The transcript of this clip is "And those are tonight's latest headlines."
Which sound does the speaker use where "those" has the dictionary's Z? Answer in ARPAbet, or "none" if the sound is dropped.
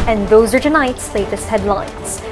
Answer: Z